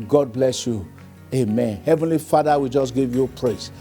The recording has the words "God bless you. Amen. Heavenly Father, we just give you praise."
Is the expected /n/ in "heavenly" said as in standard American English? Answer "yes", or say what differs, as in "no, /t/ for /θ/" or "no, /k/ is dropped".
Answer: yes